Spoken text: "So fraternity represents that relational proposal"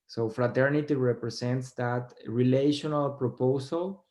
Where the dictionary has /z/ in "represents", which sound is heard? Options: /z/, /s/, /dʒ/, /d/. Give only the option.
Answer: /s/